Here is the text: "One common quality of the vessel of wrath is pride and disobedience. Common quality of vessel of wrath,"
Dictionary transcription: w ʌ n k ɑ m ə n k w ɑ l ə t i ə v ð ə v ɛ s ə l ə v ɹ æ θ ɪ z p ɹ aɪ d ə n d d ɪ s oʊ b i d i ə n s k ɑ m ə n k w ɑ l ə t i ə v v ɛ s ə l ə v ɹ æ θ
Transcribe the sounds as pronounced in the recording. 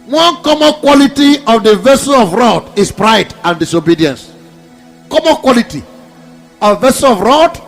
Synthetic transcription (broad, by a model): w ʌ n k ɑ m ə n k w ɑ l ə t i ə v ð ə v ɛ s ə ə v ɹ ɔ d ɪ s p ɹ aɪ d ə n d d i s oʊ b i d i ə n s k ɑ m ə n k w ɑ l ə t i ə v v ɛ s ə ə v ɹ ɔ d